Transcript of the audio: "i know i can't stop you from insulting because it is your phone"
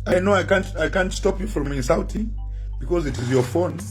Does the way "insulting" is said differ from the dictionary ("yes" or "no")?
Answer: yes